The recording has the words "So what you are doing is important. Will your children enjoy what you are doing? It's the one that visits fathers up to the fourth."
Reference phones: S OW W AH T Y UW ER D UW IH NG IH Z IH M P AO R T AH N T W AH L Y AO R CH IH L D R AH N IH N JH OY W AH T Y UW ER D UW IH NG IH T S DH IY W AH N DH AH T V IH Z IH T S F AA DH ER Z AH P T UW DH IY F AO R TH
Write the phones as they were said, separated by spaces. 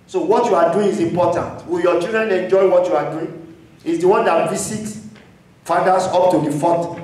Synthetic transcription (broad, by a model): S OW W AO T Y UW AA D UW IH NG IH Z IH M P AO T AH N T W AH L Y AO CH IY L D R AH N IH N JH OY W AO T Y UW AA D UW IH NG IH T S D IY W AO N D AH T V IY S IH T F AA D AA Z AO P T UW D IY F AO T